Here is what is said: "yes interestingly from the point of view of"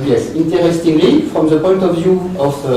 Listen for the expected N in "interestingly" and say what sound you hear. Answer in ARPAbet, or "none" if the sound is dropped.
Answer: N